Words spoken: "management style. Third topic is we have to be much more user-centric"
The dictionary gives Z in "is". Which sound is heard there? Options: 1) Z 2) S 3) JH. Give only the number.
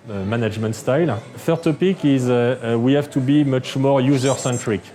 1